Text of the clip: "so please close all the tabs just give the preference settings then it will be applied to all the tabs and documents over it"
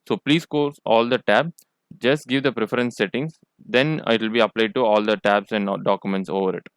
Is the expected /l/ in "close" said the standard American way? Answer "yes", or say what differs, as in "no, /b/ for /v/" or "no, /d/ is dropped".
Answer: no, /l/ is dropped